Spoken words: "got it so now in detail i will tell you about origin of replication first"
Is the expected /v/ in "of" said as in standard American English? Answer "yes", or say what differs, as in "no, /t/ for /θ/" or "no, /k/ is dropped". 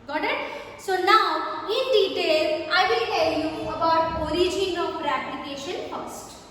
no, /p/ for /v/